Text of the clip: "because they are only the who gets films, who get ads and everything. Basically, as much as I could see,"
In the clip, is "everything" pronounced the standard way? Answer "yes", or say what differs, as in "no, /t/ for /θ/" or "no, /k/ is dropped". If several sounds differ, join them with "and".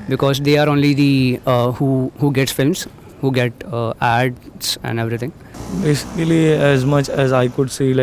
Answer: no, /t/ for /θ/